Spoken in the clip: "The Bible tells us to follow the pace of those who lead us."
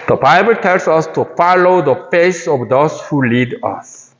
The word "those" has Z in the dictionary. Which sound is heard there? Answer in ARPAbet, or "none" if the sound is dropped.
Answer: S